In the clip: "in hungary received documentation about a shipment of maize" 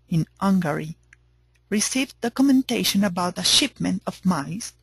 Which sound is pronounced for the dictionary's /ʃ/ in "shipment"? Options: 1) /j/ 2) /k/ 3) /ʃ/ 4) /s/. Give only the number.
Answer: 3